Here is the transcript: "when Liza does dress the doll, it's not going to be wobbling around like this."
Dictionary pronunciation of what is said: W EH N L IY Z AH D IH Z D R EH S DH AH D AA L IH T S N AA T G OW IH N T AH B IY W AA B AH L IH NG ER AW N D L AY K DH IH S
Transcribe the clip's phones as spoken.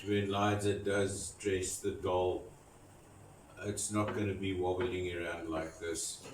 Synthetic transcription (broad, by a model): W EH N L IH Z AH D IH Z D R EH S DH AH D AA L IH T S N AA T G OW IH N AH B IY W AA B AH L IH NG ER AW N D L AY K DH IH S